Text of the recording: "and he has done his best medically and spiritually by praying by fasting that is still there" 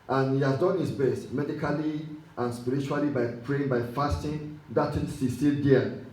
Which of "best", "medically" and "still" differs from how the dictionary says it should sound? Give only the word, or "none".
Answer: still